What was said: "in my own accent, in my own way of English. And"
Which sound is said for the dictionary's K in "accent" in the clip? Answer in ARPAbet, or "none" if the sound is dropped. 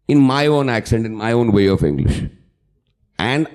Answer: K